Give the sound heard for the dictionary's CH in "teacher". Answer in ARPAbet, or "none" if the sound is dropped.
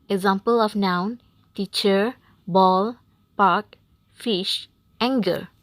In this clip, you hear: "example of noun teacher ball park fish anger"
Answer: CH